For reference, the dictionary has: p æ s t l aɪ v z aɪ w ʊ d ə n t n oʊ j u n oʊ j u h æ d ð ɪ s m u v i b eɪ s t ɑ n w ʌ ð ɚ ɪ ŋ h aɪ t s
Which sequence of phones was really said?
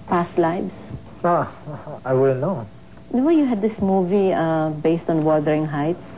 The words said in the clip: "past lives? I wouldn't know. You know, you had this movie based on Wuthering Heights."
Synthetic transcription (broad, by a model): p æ s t l aɪ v s aɪ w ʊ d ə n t n oʊ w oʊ j u h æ d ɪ s m u v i b eɪ s t ɑ n w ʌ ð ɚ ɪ ŋ h aɪ t s